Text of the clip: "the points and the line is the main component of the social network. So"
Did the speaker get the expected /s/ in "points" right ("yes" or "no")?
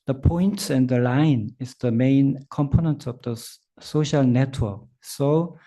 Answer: no